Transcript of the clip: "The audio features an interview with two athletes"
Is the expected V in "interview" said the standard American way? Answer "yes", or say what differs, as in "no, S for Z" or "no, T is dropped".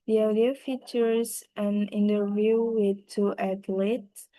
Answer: yes